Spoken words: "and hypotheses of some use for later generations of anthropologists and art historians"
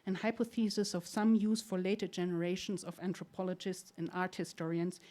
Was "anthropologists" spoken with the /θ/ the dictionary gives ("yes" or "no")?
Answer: no